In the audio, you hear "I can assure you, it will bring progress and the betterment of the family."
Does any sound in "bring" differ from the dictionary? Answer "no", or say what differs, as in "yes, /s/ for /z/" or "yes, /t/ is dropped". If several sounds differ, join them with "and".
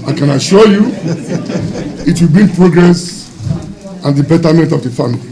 yes, /ɹ/ is dropped